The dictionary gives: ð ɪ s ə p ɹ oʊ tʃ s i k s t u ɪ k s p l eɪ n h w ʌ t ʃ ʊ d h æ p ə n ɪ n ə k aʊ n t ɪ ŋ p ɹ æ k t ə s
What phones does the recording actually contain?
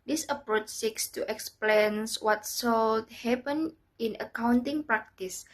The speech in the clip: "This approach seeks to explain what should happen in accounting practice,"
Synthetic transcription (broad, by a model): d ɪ s ə p ɹ oʊ tʃ s i k s t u ɪ k s p l eɪ n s w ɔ t s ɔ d h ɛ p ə n ɪ n ə k aʊ n t ɪ ŋ p ɹ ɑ k t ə s